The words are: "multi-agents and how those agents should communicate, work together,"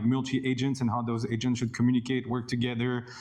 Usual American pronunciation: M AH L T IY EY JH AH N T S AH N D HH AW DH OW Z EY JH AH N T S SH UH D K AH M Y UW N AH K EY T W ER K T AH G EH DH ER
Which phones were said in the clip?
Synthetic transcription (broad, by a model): M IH L T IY EY JH AH N T S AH N HH AW DH OW Z EY JH AH N T S SH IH D K AH M Y UW N AH K EY T W ER K T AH G EH DH ER